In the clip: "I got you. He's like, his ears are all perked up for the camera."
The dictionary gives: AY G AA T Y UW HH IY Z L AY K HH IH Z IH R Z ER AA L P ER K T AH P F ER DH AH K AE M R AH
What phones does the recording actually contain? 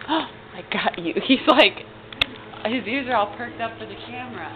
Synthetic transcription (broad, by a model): AY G AA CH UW HH IY Z L AY K HH IH Z IH R Z ER AA L P ER K T AH P F ER DH AH K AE M R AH